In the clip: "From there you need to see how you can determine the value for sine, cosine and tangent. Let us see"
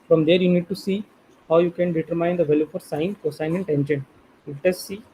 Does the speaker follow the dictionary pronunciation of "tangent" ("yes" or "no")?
no